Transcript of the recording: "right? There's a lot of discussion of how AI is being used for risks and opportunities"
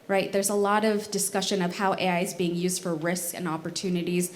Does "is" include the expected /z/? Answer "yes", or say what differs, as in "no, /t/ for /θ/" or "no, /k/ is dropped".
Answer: yes